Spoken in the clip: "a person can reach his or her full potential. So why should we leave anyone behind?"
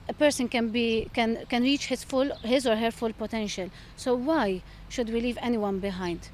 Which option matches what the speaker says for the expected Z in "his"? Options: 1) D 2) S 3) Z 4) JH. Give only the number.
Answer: 3